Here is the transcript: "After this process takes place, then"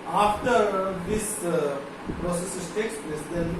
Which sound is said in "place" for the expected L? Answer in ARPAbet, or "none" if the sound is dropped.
L